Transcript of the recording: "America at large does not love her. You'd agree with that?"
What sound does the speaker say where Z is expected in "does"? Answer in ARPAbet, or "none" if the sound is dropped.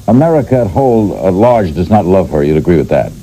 Z